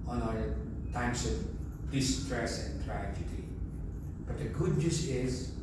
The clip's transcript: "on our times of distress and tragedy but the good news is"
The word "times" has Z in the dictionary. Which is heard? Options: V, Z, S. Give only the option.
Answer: S